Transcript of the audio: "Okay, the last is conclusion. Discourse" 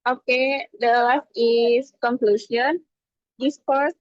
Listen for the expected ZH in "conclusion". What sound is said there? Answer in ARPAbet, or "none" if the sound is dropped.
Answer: S